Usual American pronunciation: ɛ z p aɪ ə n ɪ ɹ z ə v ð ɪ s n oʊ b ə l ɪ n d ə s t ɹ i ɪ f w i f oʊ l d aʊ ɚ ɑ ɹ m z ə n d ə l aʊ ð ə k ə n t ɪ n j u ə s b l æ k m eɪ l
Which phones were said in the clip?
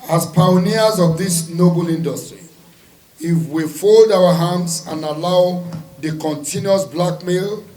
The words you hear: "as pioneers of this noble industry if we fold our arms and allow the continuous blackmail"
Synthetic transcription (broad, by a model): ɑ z p aɪ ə n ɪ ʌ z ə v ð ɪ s n oʊ b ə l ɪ n d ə s t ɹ i ɪ f w i f oʊ l d aʊ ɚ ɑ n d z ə n ə l aʊ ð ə k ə n t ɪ n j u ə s b l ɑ k m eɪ l